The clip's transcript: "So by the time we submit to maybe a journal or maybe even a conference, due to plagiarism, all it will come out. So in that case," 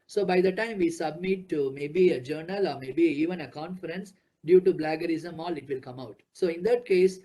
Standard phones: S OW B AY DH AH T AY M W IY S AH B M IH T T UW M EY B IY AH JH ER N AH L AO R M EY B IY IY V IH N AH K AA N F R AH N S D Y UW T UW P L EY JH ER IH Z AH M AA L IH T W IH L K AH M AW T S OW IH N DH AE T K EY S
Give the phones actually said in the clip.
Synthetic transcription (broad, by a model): S OW B AY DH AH T AY M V IY S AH B M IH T T UW M EY B IY AH JH ER N AH L AO R M EY B IY IY V IH N AH K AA N F R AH N S D Y UW T UW B L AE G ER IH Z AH M AA L IH T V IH L K AH M AW T S OW IH N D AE T K EY S